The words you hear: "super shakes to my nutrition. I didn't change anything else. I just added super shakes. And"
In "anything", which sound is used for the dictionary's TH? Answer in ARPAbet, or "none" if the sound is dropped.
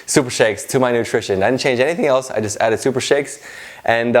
TH